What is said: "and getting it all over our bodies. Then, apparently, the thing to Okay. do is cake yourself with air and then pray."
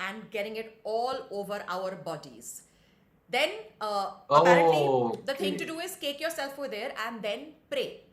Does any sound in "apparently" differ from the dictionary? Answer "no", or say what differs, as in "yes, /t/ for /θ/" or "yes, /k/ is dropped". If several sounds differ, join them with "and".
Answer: yes, /n/ is dropped